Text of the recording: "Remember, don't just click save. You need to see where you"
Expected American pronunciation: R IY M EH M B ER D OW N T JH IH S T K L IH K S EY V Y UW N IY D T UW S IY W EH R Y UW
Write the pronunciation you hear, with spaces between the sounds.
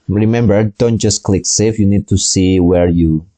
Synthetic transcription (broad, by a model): R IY M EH M B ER D OW N T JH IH S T K L IH K S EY F Y UW N IY D T UW S IY W EH R Y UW